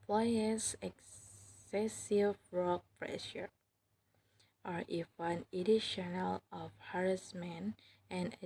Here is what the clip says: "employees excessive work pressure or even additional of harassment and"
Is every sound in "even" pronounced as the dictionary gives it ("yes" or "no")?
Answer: no